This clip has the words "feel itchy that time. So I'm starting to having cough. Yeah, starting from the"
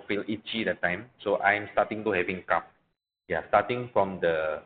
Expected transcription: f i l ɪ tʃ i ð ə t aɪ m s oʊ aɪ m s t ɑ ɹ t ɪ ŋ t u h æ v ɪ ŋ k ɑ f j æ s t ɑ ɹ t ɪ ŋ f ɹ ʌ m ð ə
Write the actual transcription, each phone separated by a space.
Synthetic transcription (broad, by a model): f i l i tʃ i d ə t aɪ m s oʊ aɪ m s t ɑ t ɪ ŋ t u h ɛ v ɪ ŋ k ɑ p j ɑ s t ɑ t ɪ ŋ f ɹ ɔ m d ə